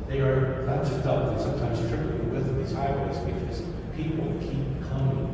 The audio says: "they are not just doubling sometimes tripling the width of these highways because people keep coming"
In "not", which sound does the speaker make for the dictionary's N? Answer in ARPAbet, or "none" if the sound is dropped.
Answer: L